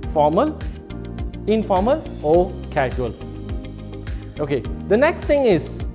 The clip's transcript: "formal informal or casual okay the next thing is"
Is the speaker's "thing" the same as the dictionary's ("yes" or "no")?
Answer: no